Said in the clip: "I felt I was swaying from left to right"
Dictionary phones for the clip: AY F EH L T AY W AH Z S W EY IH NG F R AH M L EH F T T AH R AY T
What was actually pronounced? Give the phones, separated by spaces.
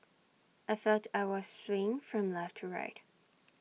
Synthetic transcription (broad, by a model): AY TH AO T AY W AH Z S W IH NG F R AH M L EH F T T AH R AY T